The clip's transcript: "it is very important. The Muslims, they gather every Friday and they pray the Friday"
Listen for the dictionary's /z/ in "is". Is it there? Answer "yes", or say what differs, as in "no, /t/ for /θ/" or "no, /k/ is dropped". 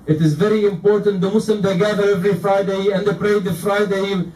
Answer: yes